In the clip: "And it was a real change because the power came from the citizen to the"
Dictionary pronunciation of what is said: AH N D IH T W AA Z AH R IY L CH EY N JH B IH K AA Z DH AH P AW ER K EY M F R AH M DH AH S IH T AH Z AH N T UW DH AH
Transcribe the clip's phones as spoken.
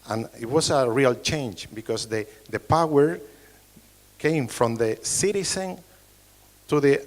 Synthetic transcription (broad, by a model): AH N IH T W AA S AH R IY L CH EY N JH B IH K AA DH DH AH P AW ER K EY M F R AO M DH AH S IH T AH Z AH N T UW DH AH